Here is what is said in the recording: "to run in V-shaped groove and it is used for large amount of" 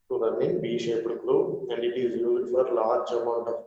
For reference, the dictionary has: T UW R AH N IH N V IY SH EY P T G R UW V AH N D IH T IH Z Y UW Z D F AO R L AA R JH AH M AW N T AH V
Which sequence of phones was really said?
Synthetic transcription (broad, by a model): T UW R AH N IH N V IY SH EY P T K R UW AH N D IH T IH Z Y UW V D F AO R L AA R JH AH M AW N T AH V